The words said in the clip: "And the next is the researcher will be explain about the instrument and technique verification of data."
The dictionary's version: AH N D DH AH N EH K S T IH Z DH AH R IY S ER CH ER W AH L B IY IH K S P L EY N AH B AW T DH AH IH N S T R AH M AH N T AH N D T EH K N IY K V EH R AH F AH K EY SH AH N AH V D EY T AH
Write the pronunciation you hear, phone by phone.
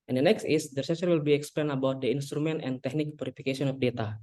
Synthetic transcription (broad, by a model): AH N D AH N EH K S T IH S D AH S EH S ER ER W AH L B IY IH K S P L EY N AH B AW T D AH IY N S T R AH M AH N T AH N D T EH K N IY K P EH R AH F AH K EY S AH N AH F D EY T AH